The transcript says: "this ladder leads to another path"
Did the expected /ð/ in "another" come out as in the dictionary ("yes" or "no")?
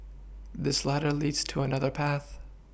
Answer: yes